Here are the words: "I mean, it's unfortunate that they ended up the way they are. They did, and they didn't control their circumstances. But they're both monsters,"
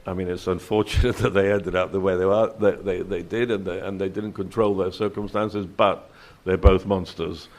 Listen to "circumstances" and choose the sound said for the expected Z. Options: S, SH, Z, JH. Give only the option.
Z